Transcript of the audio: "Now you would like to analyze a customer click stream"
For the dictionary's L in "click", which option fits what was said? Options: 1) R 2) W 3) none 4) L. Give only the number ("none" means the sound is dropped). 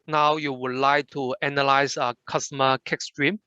3